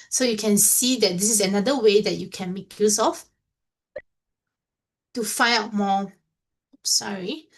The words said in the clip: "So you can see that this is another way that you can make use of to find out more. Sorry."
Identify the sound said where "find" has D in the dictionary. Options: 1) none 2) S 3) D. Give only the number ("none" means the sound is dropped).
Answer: 1